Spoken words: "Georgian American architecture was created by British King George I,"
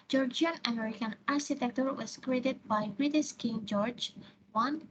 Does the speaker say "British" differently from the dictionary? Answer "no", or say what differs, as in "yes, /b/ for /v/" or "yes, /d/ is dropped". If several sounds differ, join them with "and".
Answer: yes, /s/ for /ʃ/